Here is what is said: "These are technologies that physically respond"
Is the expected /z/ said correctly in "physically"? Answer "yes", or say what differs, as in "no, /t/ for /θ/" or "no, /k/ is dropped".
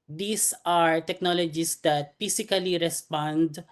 no, /s/ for /z/